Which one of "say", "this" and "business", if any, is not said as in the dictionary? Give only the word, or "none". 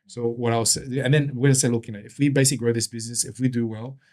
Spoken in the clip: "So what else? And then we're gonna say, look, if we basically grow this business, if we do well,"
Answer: none